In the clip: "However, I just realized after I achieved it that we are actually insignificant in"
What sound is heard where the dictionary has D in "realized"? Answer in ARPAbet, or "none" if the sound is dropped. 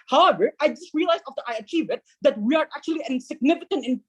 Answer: none